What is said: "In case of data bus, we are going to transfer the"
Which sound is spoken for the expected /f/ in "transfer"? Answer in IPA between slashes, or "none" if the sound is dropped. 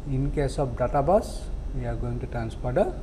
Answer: /p/